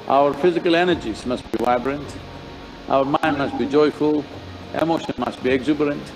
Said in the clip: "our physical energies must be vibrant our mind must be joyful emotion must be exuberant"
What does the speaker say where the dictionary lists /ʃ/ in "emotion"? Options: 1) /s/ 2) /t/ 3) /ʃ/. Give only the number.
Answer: 3